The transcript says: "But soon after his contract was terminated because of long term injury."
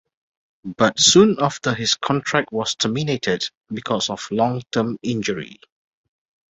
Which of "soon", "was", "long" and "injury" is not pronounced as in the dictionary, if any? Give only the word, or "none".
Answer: was